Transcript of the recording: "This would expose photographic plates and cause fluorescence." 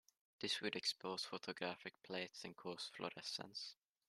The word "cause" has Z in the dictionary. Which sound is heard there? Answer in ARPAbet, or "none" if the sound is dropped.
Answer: S